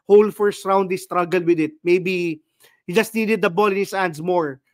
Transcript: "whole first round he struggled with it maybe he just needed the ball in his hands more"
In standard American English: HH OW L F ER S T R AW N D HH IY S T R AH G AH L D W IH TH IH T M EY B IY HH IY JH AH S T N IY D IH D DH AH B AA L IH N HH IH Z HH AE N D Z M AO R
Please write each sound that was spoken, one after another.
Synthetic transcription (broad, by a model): HH OW L F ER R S R AW N D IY S T R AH G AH L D W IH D IH T M EY B IY HH IY JH AH S T N IY D IH D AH B AA L IH N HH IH S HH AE N D S M AO R